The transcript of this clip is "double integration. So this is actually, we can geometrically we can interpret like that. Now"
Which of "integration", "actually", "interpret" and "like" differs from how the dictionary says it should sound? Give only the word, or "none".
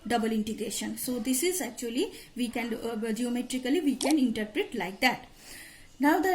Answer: none